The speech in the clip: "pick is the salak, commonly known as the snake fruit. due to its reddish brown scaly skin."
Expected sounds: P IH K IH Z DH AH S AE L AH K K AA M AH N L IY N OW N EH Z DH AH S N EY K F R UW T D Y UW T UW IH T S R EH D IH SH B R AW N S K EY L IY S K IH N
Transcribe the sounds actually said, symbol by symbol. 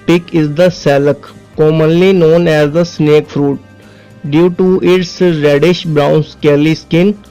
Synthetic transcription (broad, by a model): P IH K IH Z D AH S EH L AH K K AA M AH N L IY N OW N EH Z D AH S N EY K F R UW T D Y UW T UW IH T S R EH D IH SH B R AW N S K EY L IY S K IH N